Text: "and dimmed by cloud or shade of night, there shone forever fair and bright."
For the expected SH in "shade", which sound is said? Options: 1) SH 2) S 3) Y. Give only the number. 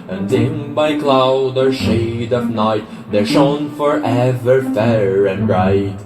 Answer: 1